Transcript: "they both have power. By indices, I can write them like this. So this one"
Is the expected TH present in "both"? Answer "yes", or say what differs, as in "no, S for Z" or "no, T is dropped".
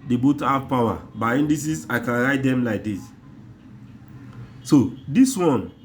no, T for TH